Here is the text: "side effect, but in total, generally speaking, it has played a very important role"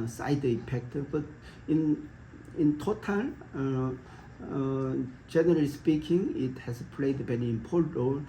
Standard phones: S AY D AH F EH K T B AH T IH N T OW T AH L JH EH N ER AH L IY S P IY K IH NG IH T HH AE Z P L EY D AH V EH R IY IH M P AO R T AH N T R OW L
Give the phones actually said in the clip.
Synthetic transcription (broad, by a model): S AY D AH P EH K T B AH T IH N T OW T AH L JH EH N ER AH L IY S P IY K IH NG IH T HH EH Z P L EY D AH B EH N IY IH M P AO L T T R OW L